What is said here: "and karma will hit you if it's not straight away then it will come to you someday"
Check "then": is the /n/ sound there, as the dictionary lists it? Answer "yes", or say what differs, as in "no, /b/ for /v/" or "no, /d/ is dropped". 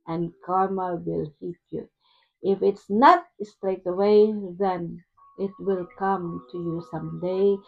yes